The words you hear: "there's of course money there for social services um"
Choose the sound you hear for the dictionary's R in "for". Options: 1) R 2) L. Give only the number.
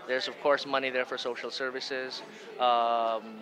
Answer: 1